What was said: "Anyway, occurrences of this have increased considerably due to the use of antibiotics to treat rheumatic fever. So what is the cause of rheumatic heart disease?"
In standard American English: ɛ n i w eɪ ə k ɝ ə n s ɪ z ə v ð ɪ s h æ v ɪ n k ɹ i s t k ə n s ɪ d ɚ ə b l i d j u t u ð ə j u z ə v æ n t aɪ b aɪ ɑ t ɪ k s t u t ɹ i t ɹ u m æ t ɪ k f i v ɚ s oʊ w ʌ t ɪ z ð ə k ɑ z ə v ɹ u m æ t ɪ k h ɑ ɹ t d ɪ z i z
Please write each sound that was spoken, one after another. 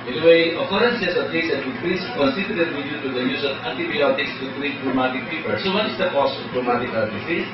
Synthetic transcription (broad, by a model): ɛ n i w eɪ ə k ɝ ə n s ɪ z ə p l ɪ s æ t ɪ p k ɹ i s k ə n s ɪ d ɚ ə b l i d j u t u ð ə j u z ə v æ n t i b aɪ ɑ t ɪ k s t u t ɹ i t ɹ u m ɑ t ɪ k p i p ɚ s oʊ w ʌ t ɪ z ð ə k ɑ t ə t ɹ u m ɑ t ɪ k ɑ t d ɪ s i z